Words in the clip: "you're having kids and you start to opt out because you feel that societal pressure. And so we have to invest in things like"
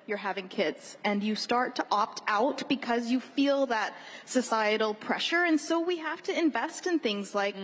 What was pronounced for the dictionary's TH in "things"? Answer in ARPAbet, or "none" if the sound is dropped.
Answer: TH